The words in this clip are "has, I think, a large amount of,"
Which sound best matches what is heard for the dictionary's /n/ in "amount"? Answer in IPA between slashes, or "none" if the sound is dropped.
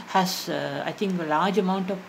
/n/